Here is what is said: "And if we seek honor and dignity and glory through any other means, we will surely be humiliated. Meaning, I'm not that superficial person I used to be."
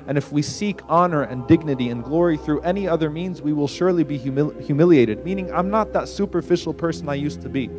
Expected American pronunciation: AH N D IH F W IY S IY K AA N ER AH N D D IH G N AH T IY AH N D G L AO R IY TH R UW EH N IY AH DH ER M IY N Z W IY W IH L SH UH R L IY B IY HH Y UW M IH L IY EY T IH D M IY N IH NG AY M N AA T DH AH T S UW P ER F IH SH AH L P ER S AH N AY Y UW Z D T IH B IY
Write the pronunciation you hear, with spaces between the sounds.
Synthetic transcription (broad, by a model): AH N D IH F W IY S IY K AA N ER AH N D D IH G N AH T IY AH N G L AO R IY TH R UW EH N IY AH DH ER M IY N Z W IY W IH L SH UH R L IY B IY HH Y UW M IH L IY EY T IH D M IY N IH NG AY M N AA T DH AH T S UW P ER F IH SH L P ER S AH N AY Y UW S T IH B IY